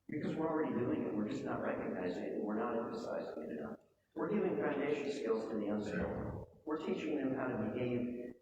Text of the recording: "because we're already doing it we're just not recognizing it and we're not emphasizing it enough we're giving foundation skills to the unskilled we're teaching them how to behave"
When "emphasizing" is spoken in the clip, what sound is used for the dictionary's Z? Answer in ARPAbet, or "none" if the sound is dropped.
Z